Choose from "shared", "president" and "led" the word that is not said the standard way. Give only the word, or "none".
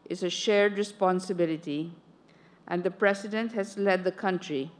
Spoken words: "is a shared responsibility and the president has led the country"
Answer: president